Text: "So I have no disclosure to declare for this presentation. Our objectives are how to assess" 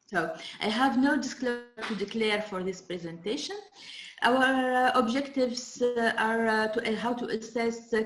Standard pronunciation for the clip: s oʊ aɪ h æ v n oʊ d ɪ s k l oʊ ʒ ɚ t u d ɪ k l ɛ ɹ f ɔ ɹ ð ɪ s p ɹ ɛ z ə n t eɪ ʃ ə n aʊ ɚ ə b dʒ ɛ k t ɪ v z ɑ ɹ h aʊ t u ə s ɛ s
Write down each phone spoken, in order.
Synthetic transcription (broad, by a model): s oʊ aɪ h æ v n oʊ d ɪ s k l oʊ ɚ t u d ɪ k l ɛ ɹ f ɔ ɹ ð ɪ s p ɹ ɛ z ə n t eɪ ʃ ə n aʊ ɚ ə b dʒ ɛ k t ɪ v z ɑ ɹ h aʊ t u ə s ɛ s